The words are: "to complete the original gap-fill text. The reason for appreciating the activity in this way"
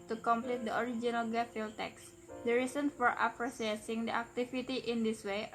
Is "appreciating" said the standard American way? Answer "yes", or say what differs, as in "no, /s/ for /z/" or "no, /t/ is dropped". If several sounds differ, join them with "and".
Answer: no, /s/ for /ʃ/